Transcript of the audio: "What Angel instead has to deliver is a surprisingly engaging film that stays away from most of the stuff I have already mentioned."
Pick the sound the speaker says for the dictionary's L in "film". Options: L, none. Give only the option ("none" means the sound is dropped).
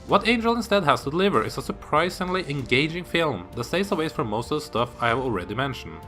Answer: L